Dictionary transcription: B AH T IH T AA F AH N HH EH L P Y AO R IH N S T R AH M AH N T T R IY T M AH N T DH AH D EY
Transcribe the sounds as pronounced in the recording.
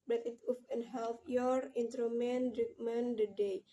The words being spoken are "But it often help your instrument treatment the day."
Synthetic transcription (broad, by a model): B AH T IH T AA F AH N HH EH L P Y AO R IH N T R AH M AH N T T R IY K M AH N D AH D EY